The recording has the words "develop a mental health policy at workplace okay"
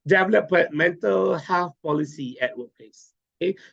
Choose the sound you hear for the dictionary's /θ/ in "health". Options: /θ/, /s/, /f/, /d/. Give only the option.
/f/